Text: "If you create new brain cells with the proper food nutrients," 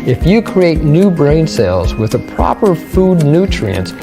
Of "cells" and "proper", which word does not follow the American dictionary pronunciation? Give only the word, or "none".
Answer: none